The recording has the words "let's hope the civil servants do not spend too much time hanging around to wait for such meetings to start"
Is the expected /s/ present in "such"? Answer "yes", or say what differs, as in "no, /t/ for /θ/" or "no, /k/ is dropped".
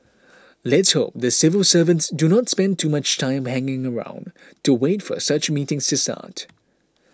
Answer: yes